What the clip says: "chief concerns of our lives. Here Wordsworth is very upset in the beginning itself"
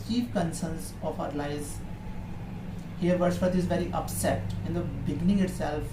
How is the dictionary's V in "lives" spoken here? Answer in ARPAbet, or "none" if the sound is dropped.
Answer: none